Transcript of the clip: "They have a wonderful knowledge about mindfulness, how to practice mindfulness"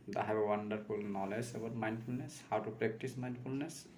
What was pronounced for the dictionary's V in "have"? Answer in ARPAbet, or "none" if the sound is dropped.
B